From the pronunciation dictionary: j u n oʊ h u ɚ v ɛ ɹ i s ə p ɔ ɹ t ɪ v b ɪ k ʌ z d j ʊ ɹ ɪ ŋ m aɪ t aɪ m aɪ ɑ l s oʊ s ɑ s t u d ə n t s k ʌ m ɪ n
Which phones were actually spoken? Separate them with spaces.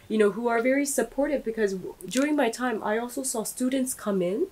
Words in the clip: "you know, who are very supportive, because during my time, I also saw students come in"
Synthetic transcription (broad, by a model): j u n oʊ h u ɚ v ɛ ɹ i s ə p ɔ ɹ t ɪ v b ɪ k ʌ z d j ʊ ɹ ɪ ŋ m aɪ t aɪ m aɪ ɑ l s oʊ s ɑ s t u d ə n t s k ʌ m ɪ n